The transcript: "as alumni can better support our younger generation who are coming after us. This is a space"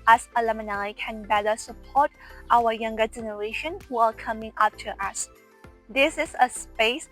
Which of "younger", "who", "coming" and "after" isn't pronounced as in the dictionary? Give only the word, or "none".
after